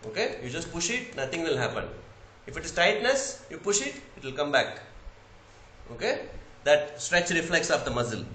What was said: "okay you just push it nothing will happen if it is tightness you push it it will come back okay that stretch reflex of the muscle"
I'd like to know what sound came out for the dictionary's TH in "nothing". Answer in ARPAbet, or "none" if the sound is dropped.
T